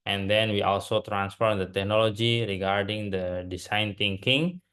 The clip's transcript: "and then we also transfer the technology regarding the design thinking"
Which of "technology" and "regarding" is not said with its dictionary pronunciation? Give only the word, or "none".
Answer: none